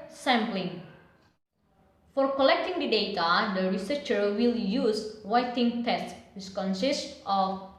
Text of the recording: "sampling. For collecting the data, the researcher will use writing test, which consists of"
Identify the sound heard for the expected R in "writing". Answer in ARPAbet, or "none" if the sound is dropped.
W